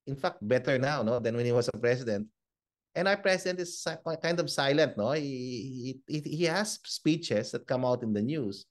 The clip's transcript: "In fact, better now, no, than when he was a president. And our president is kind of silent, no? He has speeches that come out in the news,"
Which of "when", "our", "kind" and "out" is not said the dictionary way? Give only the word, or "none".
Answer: our